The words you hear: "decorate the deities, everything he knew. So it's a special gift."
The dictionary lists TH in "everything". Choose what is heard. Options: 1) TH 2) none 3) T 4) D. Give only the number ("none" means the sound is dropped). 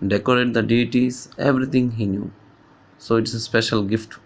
3